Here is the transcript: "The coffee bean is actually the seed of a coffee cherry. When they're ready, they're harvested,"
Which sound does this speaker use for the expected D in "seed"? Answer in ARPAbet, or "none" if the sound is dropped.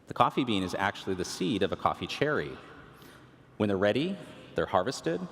D